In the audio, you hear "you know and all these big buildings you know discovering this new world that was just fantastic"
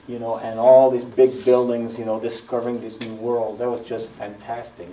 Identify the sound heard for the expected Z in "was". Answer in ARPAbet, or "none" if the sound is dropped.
Z